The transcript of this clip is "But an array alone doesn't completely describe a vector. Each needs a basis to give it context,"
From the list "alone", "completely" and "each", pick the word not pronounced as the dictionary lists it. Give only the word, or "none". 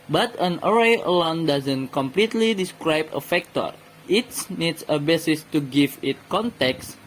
each